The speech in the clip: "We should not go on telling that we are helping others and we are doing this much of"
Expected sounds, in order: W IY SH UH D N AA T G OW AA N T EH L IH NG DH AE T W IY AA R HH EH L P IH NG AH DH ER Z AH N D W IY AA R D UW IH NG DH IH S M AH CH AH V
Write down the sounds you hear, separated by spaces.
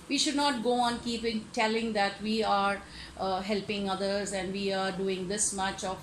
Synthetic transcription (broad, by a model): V IY SH UH D N AA T G OW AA N T EH L IH NG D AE T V IY AA R HH EH L P IH NG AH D ER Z AH N D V IY AA R D UW IH NG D IH S M AH CH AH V